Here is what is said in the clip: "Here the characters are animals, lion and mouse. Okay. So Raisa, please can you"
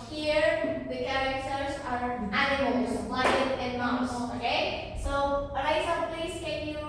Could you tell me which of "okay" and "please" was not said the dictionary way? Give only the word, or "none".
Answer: none